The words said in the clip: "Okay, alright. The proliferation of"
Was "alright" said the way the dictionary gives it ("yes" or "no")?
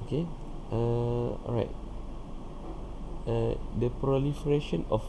no